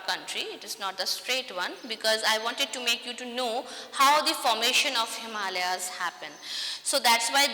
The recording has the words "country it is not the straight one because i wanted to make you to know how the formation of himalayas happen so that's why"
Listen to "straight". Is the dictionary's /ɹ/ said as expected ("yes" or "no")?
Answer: yes